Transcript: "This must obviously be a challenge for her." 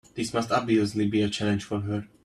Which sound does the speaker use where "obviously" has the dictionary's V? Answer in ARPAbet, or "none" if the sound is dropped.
none